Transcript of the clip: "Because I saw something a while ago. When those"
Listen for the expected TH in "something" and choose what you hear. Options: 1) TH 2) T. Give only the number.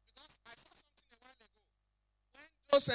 2